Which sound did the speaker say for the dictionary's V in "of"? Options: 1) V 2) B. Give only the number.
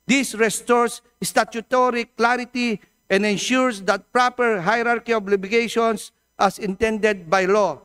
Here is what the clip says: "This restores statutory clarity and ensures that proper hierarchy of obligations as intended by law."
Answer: 2